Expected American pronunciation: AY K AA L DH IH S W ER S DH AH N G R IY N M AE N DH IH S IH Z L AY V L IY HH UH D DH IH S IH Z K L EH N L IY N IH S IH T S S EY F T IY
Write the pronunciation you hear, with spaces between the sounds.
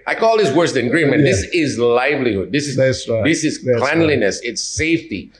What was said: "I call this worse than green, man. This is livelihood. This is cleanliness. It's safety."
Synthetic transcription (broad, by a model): AY K AA L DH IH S W ER S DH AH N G R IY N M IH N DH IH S IH Z L AY V L IY HH UH D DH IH S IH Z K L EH N L IY N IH S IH T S S EY F T IY